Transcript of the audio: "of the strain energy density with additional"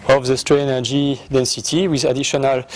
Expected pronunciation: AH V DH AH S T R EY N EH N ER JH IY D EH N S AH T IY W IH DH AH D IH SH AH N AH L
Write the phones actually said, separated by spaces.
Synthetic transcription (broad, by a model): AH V DH AH S T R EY EH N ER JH IY D EH N S AH T IY W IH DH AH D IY SH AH N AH L